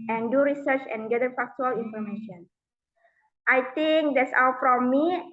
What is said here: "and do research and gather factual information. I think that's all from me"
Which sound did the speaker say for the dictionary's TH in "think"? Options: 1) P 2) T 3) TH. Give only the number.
2